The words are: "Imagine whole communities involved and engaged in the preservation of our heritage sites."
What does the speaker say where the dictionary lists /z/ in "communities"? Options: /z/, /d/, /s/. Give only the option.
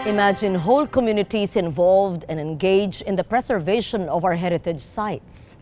/s/